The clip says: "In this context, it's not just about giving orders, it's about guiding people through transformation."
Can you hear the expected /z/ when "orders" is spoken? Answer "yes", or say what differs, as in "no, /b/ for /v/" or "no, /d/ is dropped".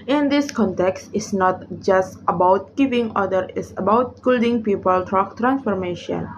no, /z/ is dropped